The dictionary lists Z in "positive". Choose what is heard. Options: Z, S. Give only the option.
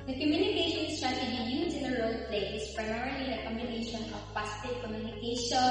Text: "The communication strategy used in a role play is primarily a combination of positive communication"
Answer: S